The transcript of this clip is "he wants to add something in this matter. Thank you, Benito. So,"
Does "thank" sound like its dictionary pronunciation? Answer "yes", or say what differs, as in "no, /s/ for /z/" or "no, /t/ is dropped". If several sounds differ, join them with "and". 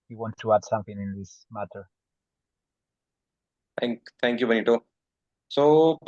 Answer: no, /t/ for /θ/